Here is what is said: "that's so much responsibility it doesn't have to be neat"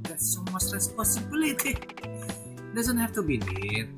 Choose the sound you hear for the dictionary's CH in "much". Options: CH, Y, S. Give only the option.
S